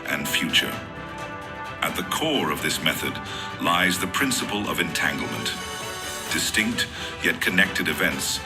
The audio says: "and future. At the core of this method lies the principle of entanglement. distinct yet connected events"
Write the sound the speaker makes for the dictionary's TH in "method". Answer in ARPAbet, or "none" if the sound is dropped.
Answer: TH